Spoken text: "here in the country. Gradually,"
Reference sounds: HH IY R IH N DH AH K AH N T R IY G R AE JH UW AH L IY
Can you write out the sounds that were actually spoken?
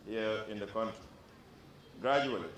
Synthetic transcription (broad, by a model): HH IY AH IH N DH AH K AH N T IY G R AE JH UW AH L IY